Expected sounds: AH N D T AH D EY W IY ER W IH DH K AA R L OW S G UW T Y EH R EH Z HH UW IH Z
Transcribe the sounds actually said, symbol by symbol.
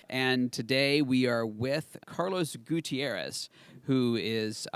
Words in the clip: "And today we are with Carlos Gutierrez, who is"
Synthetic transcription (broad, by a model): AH N T AH D EY W IY ER W IH DH K AA R L OW S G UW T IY EH R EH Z HH UW IH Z